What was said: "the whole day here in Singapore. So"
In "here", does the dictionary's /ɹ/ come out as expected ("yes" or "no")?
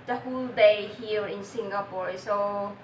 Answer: no